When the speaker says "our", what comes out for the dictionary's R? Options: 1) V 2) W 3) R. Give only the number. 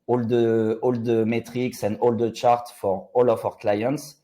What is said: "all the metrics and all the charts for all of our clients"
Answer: 3